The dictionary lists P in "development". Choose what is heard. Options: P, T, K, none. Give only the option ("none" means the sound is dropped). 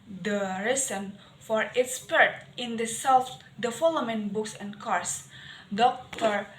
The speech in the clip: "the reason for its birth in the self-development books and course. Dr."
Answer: none